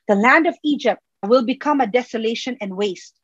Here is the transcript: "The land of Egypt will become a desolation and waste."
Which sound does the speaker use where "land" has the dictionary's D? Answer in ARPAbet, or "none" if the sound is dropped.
D